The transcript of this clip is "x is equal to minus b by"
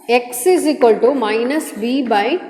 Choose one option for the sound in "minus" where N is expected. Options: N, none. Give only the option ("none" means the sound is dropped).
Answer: N